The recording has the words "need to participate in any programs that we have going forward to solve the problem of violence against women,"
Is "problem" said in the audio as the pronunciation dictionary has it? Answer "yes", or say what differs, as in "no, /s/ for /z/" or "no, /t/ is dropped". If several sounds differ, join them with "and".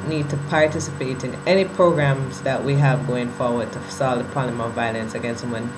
no, /b/ is dropped